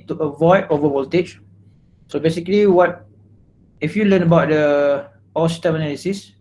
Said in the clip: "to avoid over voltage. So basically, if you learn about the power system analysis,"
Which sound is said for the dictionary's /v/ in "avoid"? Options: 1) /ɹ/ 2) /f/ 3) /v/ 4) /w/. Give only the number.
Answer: 3